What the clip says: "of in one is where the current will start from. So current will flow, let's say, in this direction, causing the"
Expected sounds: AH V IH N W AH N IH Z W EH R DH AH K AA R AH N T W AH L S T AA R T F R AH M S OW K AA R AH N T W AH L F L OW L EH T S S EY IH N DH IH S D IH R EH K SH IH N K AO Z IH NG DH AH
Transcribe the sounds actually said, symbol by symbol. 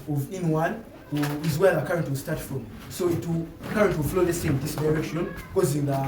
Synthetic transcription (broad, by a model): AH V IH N W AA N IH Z W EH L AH K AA R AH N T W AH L S T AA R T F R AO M S OW K AA R AH N T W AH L F L OW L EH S S EY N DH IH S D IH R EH SH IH N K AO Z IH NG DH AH